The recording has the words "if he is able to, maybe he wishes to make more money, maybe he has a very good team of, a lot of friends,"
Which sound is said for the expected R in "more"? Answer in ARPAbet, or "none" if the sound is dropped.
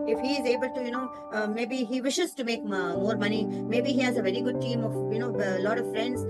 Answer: R